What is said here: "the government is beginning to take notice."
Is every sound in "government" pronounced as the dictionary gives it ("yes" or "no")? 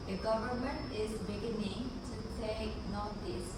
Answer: yes